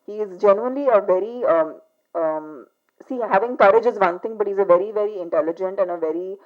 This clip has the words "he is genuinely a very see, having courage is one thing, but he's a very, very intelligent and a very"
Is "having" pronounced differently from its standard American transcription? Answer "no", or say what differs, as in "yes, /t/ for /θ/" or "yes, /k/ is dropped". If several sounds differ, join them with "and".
no